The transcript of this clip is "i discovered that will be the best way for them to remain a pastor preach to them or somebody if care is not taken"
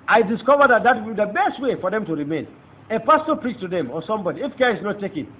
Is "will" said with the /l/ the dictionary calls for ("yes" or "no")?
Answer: no